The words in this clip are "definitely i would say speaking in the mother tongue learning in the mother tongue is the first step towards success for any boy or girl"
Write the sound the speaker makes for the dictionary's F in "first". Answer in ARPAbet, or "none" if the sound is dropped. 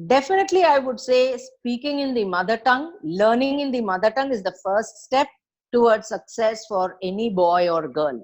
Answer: F